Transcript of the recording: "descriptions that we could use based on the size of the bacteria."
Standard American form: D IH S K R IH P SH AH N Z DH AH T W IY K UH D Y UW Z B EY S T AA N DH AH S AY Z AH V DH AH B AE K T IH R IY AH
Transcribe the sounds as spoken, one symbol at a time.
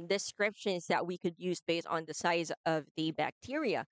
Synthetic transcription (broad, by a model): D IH S K R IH P SH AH N Z DH AH T W IY K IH D Y UW Z B EY S T N DH AH S AY Z AH V DH AH B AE K T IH R IY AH